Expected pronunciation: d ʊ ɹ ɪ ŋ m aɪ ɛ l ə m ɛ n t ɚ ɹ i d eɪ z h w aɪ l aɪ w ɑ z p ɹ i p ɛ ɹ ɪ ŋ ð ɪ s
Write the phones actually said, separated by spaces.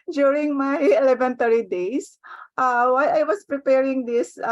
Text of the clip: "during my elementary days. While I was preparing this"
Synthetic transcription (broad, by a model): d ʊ ɹ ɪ ŋ m aɪ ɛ l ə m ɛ n t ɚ ɹ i d eɪ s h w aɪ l aɪ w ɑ s p ɹ i p ɛ ɹ ɪ ŋ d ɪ s